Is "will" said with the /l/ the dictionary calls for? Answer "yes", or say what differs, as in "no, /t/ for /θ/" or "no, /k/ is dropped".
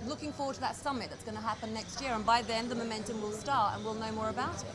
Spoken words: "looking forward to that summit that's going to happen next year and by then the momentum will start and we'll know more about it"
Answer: yes